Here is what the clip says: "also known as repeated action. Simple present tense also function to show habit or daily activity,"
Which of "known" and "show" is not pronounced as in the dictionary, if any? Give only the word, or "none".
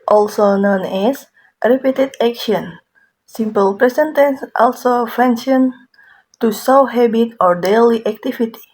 show